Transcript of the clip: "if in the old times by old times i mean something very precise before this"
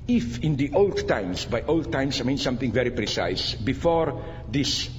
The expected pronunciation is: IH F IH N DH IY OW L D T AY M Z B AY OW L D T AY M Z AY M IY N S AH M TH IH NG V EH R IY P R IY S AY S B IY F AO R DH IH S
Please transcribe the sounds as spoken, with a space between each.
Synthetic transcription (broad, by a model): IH F IH N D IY OW L D T AY M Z B AY OW L D T AY M S AY M IY N S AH M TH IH NG V EH R IY P R IY S AY S B IY F AO R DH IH S